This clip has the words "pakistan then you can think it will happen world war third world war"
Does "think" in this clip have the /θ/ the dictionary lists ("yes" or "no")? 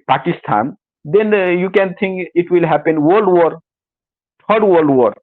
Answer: no